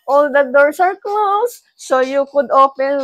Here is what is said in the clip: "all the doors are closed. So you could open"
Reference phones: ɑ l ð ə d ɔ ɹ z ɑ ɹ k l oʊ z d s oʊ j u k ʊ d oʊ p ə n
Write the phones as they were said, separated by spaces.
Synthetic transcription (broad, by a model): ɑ l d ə d ɔ ɹ s ɑ ɹ k l oʊ s oʊ j u k ʊ d oʊ p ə n